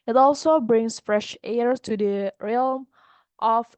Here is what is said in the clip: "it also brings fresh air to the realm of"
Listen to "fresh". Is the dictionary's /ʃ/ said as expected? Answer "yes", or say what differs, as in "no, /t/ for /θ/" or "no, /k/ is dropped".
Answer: yes